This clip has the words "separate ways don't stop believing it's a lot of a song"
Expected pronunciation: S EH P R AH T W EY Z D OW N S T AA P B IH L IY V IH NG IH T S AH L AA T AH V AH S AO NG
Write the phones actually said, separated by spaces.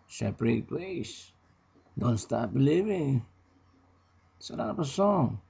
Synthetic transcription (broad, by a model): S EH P R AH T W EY S D OW N S T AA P B IH L IY V IH NG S AH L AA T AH P AH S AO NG